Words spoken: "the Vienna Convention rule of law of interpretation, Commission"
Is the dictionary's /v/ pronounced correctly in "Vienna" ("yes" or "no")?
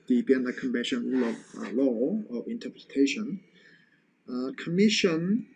no